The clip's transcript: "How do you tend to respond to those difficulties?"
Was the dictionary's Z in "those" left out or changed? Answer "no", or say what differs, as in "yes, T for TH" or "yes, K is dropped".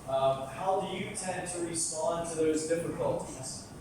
no